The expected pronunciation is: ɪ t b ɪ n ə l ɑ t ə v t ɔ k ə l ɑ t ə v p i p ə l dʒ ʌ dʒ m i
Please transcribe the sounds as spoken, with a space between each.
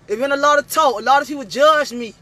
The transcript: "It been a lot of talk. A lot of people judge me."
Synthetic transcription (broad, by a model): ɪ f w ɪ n ə l ɑ t ə v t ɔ ə l ɑ t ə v p i p ə l dʒ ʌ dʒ m i